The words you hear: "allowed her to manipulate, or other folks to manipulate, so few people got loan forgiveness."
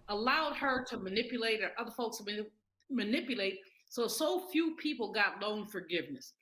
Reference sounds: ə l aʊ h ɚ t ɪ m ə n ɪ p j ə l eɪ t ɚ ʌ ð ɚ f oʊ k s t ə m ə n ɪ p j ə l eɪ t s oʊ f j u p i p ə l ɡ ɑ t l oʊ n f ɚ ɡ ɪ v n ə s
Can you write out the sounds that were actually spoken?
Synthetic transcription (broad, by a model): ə l aʊ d ɚ t ɪ m ə n ɪ p j ə l eɪ t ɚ ʌ ð ɚ f oʊ k s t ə m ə n ɪ p j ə l eɪ t s oʊ f j u p i p l ɡ ɑ t n oʊ n f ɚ ɡ ɪ v n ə s